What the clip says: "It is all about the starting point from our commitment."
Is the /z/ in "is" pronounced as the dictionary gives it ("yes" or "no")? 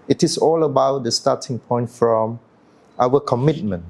no